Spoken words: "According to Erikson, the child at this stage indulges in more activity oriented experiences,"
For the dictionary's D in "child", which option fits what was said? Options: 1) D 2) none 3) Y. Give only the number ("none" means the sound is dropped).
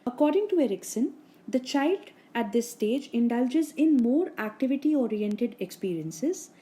1